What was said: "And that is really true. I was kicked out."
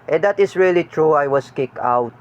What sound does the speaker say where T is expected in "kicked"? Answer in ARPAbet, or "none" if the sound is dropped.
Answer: none